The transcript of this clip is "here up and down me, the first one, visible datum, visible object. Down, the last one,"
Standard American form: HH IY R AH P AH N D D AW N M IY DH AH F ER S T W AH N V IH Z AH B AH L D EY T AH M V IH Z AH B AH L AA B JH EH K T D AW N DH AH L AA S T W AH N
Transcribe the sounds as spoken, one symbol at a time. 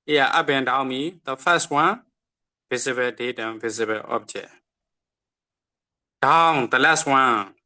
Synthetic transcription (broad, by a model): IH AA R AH B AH N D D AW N M IY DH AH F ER S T W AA N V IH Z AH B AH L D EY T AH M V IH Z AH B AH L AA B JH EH T D AW N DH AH L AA S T W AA N